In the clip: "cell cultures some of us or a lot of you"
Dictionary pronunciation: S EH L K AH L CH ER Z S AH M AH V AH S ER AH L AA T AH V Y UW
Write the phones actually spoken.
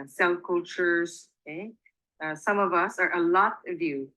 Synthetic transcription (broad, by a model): S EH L K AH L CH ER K S AH M AH V AH S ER AH L AA T AH V Y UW